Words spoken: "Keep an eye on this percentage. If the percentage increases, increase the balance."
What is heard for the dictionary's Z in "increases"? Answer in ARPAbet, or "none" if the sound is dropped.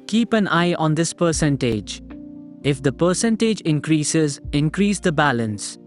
Z